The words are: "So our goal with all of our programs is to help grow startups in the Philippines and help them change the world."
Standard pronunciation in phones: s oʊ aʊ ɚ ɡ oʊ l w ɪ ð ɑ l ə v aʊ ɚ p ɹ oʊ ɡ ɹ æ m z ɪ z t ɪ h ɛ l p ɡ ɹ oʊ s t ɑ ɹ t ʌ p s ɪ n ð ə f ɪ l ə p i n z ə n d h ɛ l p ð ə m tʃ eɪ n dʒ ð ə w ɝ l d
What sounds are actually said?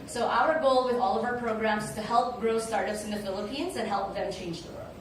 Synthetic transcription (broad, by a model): s oʊ aʊ ɚ ɡ oʊ l w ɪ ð ɑ l ə v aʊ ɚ p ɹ oʊ ɡ ɹ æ m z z t ɪ h ɛ l p ɡ ɹ oʊ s t ɑ ɹ t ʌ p s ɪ n ð ə f ɪ l ə p i n z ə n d h ɛ l p ð ə m tʃ eɪ n dʒ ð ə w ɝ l